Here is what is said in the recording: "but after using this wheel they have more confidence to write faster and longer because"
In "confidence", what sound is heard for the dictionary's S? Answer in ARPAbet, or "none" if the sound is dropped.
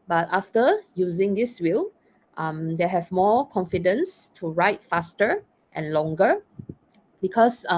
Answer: S